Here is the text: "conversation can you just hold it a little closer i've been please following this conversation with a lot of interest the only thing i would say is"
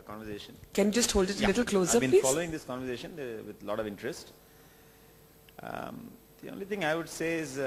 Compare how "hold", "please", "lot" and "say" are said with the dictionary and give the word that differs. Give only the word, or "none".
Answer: please